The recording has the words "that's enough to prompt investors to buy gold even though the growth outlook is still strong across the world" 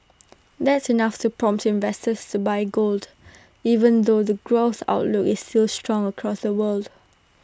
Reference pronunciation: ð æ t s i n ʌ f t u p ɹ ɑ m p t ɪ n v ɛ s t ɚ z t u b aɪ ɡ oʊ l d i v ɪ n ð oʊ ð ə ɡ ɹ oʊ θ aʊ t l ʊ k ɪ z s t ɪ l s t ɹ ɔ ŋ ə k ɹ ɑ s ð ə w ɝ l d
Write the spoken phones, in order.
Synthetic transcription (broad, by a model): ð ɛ t s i n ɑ f t u p ɹ ɑ m p t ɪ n v ɛ s t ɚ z t u b aɪ ɡ oʊ l d i v ɪ n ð oʊ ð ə ɡ ɹ oʊ θ aʊ t l ʊ k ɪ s t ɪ l s t ɹ ɔ ŋ ə k ɹ ɑ s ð ə w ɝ l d